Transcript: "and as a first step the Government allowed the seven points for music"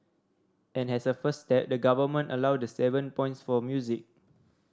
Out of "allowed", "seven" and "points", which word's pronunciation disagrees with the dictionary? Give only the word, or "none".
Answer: none